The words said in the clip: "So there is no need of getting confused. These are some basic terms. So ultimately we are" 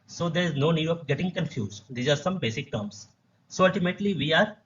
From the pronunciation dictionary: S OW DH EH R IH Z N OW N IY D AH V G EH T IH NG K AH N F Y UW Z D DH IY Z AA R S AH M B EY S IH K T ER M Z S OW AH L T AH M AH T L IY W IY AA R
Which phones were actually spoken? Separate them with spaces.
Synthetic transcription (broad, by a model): S OW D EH R IH Z N OW N IY D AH P G EH T IH NG K AH N F Y UW Z D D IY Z AA R S AH M B EY S IH K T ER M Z S OW AH L T AH M AH T L IY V IY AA R